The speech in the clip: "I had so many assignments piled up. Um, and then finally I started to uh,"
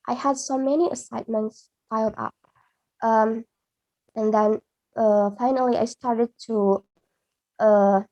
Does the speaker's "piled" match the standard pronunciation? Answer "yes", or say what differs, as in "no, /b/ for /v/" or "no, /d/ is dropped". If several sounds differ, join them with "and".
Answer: no, /f/ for /p/